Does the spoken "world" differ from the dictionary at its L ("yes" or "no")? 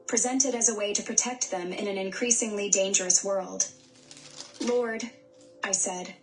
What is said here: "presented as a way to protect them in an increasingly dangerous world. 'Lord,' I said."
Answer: no